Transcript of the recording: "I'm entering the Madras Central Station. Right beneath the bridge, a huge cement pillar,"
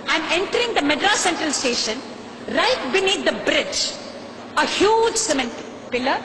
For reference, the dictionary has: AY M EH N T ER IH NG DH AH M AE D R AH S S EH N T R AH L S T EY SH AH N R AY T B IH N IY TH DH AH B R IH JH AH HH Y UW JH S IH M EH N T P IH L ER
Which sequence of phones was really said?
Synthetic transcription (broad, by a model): AY M EH N T ER IH NG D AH M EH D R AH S S EH N T R AH L S T EY SH AH N R AY T B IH N IY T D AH B R IH JH AH HH Y UW JH S IH M EH N T P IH L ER